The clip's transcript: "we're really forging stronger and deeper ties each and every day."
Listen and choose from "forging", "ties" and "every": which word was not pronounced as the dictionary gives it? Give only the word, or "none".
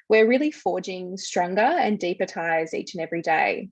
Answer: none